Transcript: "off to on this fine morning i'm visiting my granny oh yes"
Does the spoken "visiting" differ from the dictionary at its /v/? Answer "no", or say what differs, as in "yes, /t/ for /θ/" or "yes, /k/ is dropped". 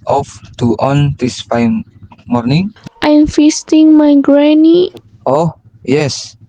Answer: yes, /f/ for /v/